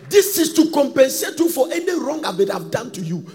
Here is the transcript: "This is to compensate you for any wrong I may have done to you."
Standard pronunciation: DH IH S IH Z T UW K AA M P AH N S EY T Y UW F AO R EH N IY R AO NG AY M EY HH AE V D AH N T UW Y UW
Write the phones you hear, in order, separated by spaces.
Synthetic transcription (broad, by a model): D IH S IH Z T UW K AA M P AH N S EY T Y UW F AO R EH N IY R AO NG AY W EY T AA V D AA N T UW Y UW